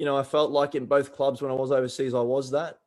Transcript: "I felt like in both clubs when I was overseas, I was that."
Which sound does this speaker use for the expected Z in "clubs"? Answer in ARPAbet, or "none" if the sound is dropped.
Z